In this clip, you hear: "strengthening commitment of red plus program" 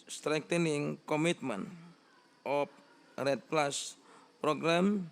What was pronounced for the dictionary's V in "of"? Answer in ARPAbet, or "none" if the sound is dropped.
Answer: P